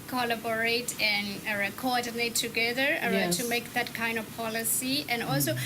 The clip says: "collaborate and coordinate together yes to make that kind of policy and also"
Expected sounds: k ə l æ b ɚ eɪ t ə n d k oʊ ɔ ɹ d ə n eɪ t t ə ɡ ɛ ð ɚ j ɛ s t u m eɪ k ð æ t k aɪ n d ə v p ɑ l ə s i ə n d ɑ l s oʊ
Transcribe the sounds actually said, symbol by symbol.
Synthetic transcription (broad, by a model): k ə l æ b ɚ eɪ t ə n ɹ k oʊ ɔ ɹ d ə n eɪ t t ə ɡ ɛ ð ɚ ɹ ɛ t u m eɪ k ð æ t k aɪ n d ə v p ɑ l ə s i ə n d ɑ l s oʊ